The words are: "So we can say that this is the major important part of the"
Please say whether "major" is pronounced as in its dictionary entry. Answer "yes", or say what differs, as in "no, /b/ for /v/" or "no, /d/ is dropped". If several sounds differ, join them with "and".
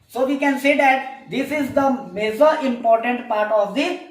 no, /z/ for /dʒ/